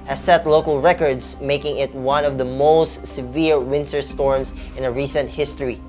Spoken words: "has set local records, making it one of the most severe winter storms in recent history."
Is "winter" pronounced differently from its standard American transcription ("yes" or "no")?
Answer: yes